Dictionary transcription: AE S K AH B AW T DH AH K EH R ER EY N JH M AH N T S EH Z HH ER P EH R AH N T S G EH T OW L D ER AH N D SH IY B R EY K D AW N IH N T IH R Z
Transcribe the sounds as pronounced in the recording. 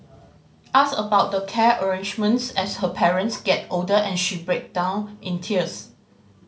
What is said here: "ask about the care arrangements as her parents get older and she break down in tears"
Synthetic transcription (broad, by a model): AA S AH B AW T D AH K EH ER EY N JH M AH N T S EH S HH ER P EH R AH N T S G EH T OW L D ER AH N SH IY B R EY K D AW N IH N T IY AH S